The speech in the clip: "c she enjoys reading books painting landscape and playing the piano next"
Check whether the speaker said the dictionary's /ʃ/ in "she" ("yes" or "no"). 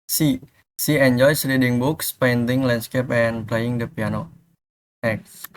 no